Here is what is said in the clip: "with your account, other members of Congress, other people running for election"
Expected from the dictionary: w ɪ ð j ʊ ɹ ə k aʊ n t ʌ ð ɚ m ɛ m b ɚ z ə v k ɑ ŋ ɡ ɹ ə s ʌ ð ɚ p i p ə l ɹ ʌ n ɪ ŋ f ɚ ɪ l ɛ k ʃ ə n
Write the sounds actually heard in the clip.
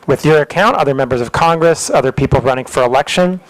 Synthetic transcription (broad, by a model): w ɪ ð j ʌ ɹ ə k aʊ n t ʌ ð ɚ m ɛ m b ɚ z ə v k ɑ ŋ ɡ ɹ ə s ʌ ð ɚ p i p l ɹ ʌ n ɪ ŋ f ɚ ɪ l ɛ k ʃ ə n